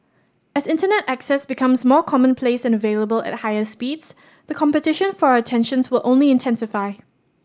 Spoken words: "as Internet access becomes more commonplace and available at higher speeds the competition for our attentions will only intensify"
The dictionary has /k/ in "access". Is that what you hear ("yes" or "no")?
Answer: yes